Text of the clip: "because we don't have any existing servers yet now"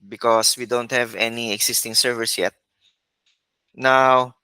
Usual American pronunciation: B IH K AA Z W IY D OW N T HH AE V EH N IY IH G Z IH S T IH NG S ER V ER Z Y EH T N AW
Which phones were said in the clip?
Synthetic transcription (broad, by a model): B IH K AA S W IY D OW N T HH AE V EH N IY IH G S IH S T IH NG S ER V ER S Y EH T N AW